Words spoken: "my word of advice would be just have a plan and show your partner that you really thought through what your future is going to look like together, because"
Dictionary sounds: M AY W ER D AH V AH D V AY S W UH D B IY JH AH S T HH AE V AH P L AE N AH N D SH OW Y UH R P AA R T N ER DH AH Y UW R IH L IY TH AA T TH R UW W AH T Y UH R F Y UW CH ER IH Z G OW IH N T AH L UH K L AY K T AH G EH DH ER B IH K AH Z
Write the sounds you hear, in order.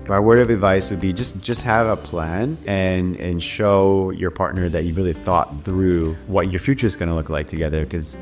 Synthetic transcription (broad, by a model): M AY W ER AH V AH D V AY S W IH D B IY JH AH S T HH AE V AH P L AE N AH N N SH OW Y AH R P AA R T N ER DH AH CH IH R IH L IY TH AA T TH R UW W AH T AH R F Y UW CH ER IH Z G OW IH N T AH L UH K L AY K T AH G EH DH ER K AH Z